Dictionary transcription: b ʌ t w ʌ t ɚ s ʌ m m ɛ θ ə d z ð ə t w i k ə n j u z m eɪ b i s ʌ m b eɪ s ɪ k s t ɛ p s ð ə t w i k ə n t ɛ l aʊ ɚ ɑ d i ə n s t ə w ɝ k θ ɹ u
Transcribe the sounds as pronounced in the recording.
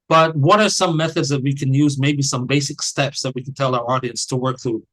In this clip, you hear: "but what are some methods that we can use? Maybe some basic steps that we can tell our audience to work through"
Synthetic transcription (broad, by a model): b ʌ t w ʌ t ɚ s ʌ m m ɛ θ ə d z ð ə t w i k ə n j u z m eɪ b i s ʌ m b eɪ s ɪ k s t ɛ p s ð ə t w i k n t ɛ l aʊ ɚ ɑ d i ə n s t ə w ɝ k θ ɹ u